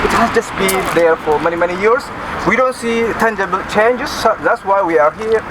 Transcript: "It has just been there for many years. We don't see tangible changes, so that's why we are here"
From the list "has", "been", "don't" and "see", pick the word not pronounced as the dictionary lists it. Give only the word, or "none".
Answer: has